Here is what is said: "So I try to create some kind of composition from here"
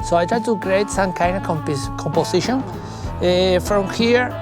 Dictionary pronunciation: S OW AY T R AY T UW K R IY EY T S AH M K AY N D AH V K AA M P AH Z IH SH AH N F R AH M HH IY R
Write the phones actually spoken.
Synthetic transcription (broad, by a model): S OW AY T R AY T UW K R IY EY T S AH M K AY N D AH P K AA M P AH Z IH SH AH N F R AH M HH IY R